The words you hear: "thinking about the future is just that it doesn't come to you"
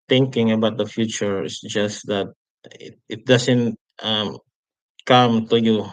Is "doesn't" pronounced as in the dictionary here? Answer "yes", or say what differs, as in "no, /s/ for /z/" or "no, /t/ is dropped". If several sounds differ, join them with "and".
no, /s/ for /z/